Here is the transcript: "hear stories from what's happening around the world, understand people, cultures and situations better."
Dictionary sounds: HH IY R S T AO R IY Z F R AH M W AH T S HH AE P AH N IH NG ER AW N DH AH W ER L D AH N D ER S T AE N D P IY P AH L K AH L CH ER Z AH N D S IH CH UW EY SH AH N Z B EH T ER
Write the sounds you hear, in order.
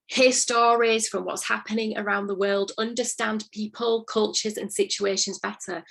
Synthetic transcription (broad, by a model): HH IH S T AO R IY Z F R AH M W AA T S HH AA P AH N IH NG ER AW N DH AH W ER L D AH N D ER S T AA N P IY P AH L K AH L CH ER Z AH N S IH CH UW EY SH AH N Z B EH T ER